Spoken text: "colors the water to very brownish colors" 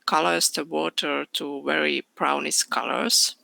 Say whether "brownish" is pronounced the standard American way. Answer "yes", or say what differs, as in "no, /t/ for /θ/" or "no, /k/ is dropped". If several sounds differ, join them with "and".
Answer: no, /s/ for /ʃ/